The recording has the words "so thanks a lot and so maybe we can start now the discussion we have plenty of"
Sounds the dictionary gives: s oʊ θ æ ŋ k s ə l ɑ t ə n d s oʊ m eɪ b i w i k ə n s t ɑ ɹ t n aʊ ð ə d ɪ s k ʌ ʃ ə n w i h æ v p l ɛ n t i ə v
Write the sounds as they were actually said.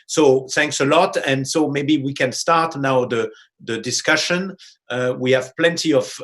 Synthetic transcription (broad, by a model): s oʊ θ æ ŋ k s ə l ɑ t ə n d s oʊ m eɪ b i w i k ə n s t ɑ ɹ t n aʊ ð ə d ɪ s k ʌ ʃ ə n w i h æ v p l ɛ n t i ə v